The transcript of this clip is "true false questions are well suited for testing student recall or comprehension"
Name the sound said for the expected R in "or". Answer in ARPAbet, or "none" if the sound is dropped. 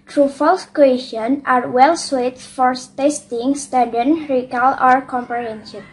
R